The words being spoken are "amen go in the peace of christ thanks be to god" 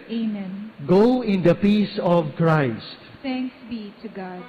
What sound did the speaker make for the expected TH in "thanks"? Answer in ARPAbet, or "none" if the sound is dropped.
T